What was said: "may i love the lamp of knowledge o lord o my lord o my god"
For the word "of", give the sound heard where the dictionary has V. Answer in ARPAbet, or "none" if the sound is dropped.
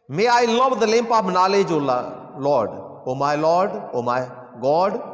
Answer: P